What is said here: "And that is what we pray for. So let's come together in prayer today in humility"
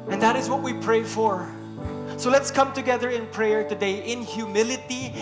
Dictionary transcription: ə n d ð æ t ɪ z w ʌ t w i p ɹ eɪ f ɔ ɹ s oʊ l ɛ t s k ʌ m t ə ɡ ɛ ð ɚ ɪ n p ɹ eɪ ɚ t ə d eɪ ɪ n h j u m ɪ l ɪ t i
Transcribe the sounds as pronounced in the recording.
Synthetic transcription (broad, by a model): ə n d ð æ t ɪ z w ʌ t w i p ɹ eɪ f ɔ ɹ s oʊ l ɛ t s k ʌ m t ə ɡ ɛ ð ɚ ɪ n p ɹ eɪ ɚ t ə d eɪ ɪ n h j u m ɪ l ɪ t i